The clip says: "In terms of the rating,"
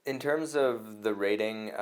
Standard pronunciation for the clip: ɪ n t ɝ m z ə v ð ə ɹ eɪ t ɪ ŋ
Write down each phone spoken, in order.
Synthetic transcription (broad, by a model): ɪ n t ɝ m z ə v ð ə ɹ eɪ t ɪ ŋ